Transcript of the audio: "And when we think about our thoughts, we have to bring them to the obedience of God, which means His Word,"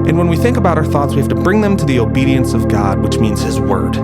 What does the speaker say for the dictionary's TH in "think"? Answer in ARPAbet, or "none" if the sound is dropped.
TH